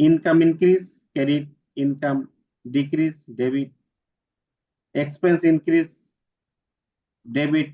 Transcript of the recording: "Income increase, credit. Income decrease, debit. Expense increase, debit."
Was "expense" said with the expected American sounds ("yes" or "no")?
yes